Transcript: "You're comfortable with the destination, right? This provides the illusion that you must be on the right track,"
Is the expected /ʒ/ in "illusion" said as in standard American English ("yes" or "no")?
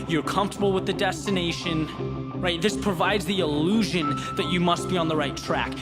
yes